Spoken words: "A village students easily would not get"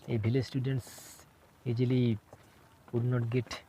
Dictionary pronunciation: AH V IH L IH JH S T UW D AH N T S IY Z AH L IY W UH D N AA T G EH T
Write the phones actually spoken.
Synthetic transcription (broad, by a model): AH B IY L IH S T UW D AH N T S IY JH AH L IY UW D N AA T G EH T